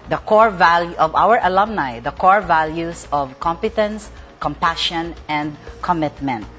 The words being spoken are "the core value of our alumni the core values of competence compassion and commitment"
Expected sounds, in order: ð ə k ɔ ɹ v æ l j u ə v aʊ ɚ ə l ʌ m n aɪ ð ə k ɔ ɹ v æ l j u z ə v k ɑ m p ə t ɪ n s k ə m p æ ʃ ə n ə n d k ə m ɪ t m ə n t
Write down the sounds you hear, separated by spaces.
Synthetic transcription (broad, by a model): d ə k ɔ ɹ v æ l j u ə v aʊ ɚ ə l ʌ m n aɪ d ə k ɔ ɹ v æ l j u s ə v k ɑ m p ə t ɪ n s k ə m p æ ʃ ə n ə n d k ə m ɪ t m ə n t